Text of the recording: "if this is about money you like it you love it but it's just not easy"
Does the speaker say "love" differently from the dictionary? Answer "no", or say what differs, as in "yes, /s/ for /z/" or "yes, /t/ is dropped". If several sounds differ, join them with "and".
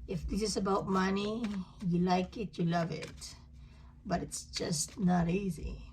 no